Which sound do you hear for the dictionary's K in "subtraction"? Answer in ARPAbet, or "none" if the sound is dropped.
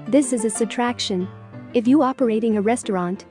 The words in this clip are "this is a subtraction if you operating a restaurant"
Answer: K